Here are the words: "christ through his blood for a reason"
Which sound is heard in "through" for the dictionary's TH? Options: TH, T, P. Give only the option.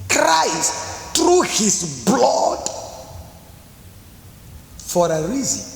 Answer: T